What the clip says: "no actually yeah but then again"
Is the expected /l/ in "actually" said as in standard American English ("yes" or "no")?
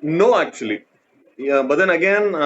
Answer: no